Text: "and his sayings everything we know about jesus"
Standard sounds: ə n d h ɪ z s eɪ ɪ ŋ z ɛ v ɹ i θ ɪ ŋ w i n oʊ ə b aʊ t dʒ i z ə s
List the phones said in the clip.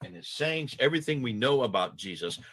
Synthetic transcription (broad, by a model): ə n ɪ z s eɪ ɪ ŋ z ɛ v ɹ i θ ɪ ŋ w i n oʊ ə b aʊ t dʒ i z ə s